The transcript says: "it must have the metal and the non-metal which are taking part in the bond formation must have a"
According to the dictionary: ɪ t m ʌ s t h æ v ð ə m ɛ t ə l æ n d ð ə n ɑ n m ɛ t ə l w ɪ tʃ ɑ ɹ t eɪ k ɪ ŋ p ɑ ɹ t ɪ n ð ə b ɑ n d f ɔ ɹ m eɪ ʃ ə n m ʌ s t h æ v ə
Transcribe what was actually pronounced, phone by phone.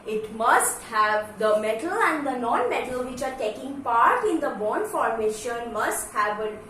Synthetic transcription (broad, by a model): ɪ t m ʌ s t h æ v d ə m ɛ t ə l æ n d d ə n ɑ n m ɛ t ə l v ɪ tʃ ɑ ɹ t eɪ k ɪ ŋ p ɑ ɹ t ɪ n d ə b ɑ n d f ɔ ɹ m eɪ ʃ ə n m ʌ s t h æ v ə